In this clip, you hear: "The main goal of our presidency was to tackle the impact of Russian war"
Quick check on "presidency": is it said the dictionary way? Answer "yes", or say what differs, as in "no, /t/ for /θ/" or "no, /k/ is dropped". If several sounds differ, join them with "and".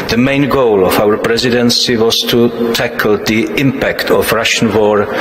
yes